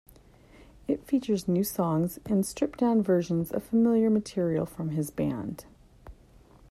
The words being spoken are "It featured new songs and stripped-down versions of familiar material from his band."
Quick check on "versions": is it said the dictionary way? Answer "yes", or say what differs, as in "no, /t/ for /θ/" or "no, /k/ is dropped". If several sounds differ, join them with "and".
yes